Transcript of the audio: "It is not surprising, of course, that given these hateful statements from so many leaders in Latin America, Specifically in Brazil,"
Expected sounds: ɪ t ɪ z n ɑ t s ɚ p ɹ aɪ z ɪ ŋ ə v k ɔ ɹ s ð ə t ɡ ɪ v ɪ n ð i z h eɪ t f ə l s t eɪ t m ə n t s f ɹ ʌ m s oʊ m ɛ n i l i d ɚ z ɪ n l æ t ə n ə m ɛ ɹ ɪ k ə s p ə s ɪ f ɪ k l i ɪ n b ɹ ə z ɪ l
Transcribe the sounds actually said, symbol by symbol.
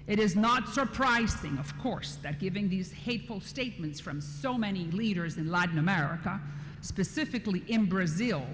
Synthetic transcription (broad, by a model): ɪ t ɪ z n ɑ t s ɚ p ɹ aɪ z ɪ ŋ ə v k ɔ ɹ s ð ə t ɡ ɪ v ɪ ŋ ð i z h eɪ t f l s t eɪ t m ə n t s f ɹ ʌ m s oʊ m ɛ n i l i d ɚ z ɪ n l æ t n ə m ɛ ɹ ɪ k ə s p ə s ɪ f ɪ k l i ɪ n b ɹ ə z ɪ l